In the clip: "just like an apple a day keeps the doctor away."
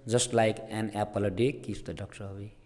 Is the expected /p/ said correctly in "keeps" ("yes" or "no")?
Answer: no